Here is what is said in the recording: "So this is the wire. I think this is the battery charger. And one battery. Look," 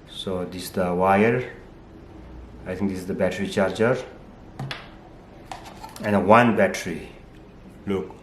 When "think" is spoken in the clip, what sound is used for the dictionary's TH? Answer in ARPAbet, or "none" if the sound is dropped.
T